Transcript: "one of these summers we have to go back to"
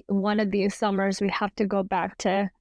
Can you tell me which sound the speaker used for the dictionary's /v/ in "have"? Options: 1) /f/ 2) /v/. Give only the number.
1